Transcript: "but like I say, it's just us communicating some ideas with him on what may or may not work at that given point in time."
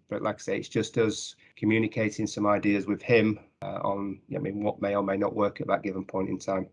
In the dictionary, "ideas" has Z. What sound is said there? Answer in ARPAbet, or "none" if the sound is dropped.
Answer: Z